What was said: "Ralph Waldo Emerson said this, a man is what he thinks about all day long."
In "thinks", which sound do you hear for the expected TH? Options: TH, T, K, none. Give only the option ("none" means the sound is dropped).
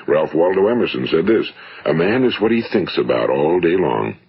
TH